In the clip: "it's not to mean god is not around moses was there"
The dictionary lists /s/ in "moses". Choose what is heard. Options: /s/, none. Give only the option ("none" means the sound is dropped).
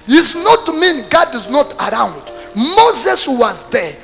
/s/